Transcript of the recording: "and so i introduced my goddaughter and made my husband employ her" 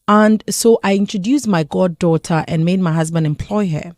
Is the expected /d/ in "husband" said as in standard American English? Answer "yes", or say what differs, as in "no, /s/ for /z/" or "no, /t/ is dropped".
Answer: yes